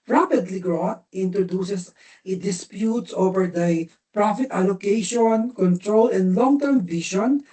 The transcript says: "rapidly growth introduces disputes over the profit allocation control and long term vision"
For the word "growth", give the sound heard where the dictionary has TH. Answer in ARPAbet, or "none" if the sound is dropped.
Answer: T